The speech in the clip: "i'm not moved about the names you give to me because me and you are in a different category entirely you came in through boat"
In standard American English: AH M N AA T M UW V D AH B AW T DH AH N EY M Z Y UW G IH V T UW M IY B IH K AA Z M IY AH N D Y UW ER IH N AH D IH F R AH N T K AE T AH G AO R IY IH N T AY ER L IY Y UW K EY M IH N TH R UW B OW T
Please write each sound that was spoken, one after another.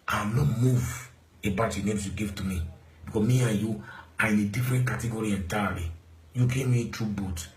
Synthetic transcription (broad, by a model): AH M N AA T M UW V AH B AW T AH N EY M S Y UW G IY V T UW M IY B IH K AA M IY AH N Y UW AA IH N AH D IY F R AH N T K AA T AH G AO R IY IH N T AY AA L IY Y UW K EY M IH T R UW B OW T